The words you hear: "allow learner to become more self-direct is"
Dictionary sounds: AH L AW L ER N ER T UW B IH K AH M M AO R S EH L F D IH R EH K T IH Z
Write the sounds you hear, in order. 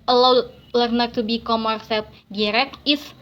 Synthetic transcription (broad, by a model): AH L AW L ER N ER T UW B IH K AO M M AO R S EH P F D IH R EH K IH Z